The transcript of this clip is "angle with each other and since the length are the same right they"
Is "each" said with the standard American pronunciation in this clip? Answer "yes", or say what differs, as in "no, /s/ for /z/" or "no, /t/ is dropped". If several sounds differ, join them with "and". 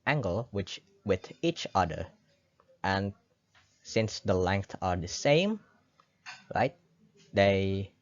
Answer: yes